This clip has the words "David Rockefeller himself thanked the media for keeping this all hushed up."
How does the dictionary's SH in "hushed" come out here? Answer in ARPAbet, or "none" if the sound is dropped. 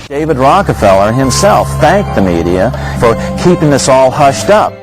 SH